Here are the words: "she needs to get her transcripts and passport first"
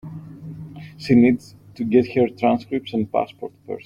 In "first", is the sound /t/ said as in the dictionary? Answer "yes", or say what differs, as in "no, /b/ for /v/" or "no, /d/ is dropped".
no, /t/ is dropped